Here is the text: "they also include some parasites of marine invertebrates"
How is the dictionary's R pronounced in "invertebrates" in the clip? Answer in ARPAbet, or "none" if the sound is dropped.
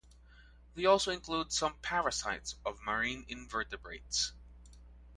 R